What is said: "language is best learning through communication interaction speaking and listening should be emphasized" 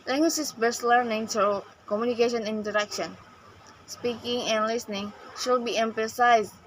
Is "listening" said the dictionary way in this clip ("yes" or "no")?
yes